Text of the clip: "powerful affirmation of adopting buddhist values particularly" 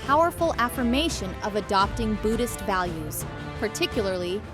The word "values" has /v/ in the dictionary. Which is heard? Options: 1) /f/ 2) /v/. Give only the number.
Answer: 2